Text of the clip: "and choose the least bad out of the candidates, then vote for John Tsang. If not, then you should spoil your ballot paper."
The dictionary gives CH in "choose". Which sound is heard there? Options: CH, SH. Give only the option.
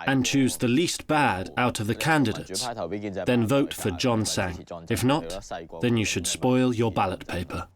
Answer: CH